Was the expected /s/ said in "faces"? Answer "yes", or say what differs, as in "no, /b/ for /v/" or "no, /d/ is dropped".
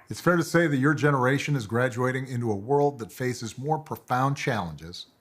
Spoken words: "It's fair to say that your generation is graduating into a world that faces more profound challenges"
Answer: yes